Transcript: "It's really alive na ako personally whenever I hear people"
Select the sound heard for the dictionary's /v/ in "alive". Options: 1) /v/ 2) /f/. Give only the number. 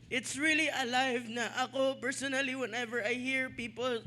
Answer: 1